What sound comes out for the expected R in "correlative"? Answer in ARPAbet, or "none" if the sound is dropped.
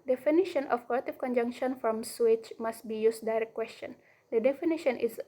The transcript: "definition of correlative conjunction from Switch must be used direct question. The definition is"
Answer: L